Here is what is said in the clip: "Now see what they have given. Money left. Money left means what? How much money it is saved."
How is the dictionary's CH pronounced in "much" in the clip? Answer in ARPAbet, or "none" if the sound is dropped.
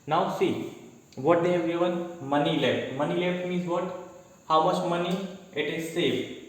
S